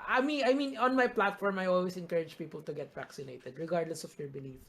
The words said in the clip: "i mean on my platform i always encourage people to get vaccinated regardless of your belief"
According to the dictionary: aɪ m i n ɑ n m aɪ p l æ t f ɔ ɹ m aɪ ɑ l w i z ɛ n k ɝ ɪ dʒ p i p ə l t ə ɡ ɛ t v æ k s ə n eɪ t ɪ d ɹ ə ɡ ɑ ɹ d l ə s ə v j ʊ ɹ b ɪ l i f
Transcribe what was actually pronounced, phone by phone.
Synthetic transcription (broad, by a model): aɪ m i n ɑ n m aɪ p l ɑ t f ɔ ɹ m aɪ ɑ l w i s ɛ n k ɝ ɪ dʒ p i p ə l t ə ɡ ɛ t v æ k s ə n eɪ t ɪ d ɹ ə ɡ ɑ ɹ d l ə s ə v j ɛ ɹ b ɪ l i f